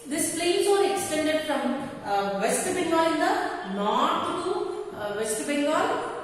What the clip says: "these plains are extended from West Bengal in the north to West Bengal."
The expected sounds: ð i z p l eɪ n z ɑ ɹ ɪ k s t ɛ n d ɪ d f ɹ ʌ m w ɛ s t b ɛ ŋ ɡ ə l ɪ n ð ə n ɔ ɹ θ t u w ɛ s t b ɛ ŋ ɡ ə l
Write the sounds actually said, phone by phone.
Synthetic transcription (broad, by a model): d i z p l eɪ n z ɑ ɹ ɪ k s t ɛ n d ɪ d f ɹ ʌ m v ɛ s t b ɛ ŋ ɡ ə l ɪ n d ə n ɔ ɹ t t u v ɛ s t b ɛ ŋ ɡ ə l